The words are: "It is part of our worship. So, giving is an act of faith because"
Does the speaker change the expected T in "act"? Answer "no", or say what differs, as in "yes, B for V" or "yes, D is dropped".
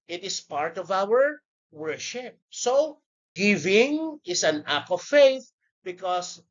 yes, T is dropped